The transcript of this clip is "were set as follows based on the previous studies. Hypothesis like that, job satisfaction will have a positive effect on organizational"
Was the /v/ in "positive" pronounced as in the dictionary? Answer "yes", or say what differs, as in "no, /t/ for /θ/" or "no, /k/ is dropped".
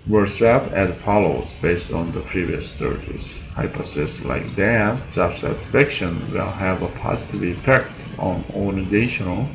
yes